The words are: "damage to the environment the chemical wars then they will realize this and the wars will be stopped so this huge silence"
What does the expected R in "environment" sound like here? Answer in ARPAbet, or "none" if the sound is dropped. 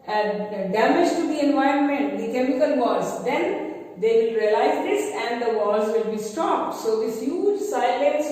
R